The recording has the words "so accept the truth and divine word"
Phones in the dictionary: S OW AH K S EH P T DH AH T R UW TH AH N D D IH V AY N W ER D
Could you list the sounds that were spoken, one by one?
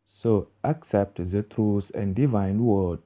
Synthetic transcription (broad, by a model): S OW AH K S EH P T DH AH T R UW S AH N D D IH V AY N W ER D